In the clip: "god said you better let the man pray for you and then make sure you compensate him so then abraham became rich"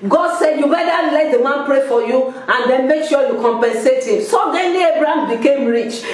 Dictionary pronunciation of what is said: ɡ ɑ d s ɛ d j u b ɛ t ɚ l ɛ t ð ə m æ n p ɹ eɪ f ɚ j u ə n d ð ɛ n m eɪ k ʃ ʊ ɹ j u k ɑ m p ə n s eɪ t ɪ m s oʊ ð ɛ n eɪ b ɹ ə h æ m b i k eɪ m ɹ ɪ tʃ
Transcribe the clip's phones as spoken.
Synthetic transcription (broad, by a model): ɡ ɑ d s ɛ d j u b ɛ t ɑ l ɛ t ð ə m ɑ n p ɹ eɪ f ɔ j u ə n d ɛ n m eɪ k ʃ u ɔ j u k ɑ m p ə n s eɪ t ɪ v s oʊ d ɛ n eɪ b ɹ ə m b i k eɪ m ɹ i tʃ